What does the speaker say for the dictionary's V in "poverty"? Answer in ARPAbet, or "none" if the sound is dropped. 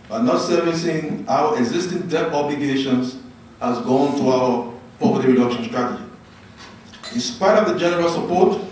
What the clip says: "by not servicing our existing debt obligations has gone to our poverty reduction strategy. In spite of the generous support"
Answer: P